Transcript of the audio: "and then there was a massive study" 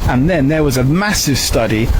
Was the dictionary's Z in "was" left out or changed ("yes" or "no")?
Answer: no